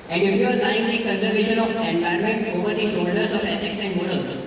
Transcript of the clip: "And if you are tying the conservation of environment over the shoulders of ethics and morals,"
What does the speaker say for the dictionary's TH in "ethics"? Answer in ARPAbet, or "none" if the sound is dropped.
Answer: S